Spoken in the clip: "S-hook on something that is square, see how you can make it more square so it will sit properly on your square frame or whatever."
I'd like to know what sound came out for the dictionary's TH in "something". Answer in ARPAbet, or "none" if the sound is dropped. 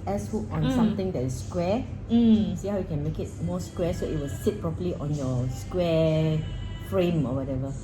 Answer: T